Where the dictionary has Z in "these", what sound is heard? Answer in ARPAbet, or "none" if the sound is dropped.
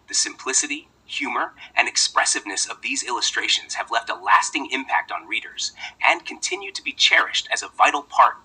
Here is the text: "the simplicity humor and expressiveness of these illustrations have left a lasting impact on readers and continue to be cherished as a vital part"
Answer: Z